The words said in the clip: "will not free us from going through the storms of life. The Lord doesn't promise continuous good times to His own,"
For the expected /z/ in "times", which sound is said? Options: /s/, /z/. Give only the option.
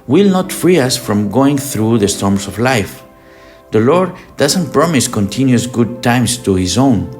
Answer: /s/